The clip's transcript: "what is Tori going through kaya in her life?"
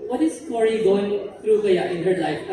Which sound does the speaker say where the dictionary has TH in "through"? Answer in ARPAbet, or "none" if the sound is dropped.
T